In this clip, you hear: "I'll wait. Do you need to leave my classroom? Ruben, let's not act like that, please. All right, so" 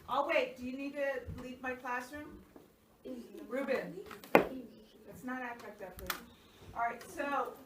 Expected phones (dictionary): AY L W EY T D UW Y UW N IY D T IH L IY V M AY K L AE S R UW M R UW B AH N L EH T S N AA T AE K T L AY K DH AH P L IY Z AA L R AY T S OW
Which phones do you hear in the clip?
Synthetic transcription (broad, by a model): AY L W EY T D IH Y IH N IY D T IH L IY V M AY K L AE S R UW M R UW B AH N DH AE T S N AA T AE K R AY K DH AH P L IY AA R AY T S OW